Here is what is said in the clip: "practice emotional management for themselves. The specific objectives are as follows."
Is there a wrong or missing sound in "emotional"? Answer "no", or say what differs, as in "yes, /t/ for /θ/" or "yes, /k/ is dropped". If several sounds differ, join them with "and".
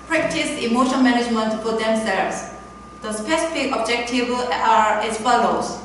yes, /n/ is dropped and /n/ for /l/